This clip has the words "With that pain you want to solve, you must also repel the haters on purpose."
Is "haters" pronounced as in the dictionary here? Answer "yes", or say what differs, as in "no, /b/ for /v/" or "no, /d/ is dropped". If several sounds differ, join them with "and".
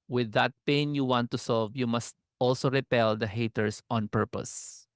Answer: no, /s/ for /z/